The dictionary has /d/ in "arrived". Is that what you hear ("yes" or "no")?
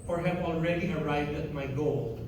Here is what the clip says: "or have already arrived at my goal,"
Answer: yes